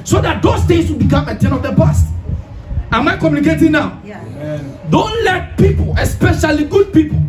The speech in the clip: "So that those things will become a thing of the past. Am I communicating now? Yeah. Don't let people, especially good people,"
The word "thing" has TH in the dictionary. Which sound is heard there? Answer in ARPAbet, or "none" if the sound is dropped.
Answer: T